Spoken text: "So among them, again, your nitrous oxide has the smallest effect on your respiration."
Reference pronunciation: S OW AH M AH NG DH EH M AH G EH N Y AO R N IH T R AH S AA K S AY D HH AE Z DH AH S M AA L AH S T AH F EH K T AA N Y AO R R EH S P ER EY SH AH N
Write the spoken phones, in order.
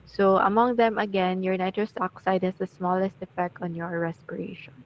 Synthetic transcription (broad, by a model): S OW AH M AH NG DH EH M AH G EH N Y AO R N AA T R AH S AA K S AY D HH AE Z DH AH S M AA L AH S T AH F EH K T AA N Y AO R R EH S P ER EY SH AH N